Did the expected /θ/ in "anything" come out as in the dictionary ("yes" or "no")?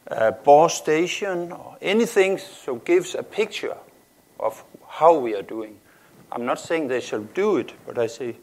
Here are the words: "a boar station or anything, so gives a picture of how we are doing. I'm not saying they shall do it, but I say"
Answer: yes